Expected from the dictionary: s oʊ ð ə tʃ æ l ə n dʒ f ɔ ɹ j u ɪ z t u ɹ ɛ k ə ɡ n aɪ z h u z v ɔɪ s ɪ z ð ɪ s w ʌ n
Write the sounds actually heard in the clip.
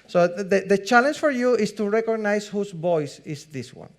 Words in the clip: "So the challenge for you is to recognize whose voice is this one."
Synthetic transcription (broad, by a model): s oʊ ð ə tʃ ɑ l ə n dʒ f ɔ ɹ j u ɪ s t u ɹ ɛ k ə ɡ n aɪ s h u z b ɔɪ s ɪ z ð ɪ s w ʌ n